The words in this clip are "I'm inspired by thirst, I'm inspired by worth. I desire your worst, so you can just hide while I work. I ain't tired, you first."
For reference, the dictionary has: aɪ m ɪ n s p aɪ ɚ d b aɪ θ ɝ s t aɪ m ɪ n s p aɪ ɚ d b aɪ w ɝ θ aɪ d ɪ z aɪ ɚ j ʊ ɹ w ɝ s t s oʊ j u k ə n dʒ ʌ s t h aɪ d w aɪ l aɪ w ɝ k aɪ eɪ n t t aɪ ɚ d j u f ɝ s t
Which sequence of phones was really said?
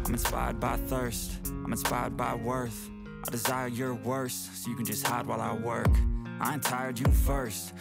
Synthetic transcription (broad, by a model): aɪ m ɪ n s p aɪ ɚ d b aɪ θ ɝ s t aɪ m ɪ n s p aɪ ɚ d b aɪ w ɝ θ aɪ d ɪ z aɪ ɚ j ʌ ɹ w ɝ s s oʊ j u k ə n dʒ ʌ s t h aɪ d w aɪ l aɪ w ɝ k aɪ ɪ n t t aɪ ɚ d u f ɝ s t